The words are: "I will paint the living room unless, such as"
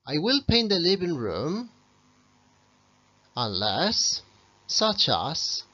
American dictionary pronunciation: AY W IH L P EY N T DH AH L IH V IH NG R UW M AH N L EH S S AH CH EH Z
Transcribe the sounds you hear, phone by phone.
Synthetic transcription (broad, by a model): AY W IH L P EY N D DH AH L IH B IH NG R UW M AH N L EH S S AH CH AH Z